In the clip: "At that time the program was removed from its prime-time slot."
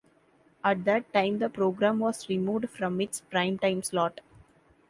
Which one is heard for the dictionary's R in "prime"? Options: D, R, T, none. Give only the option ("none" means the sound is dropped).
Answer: R